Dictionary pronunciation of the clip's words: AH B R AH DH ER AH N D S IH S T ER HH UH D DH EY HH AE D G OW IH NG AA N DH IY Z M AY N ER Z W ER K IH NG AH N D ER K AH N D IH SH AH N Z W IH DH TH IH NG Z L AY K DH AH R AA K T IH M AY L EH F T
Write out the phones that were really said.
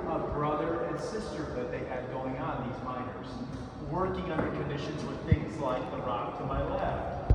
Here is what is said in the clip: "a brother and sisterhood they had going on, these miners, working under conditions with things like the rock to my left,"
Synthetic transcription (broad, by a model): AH B R AH DH ER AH N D S IH S T ER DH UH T DH EY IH D G OW IH NG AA N DH IY Z M AY N ER Z W ER K IH NG AH N D ER K AH N D IH SH AH N Z W IH DH TH IH NG Z L AY K DH AH R AA K T IH M AY L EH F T